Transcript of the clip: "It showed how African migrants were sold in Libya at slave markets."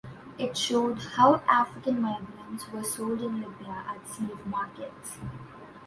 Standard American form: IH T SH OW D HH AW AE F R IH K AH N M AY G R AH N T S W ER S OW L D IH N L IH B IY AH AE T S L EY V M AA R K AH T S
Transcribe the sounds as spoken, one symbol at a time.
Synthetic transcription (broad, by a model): IH T SH OW D HH AW AE F R IH K AH N M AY G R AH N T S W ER S OW L D IH N L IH B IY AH AE T S EY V M AA R K AH T S